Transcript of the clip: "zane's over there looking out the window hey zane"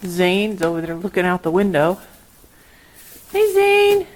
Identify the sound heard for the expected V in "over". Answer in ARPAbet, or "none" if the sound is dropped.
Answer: none